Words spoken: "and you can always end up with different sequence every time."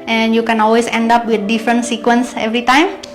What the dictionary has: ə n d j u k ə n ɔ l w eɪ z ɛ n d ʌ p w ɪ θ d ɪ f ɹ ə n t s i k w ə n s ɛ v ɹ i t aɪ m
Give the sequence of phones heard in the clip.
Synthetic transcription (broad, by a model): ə n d j u k ə n ɔ l w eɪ s ɛ n d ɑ p w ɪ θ d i f ɹ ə n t s i k w ə n s ɛ v ɹ i t aɪ m